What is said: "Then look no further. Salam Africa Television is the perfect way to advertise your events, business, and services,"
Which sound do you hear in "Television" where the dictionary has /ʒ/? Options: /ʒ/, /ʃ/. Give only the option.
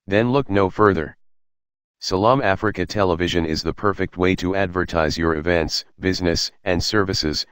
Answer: /ʒ/